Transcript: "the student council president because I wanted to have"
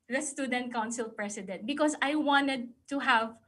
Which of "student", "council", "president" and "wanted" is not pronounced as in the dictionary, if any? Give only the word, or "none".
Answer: president